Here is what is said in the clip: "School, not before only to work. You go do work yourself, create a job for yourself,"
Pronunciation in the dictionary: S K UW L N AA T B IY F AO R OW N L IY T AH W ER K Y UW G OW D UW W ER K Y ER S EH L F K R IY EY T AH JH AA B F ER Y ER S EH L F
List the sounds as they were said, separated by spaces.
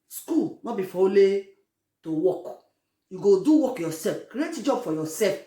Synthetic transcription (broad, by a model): S K UW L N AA B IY F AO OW L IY T AH W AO K Y UW G OW D UW W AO K Y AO S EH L F K R IY EY T JH AA B F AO Y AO S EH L F